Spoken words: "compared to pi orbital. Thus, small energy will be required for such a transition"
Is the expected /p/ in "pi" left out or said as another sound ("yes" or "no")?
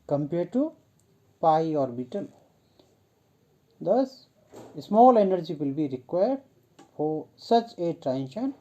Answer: no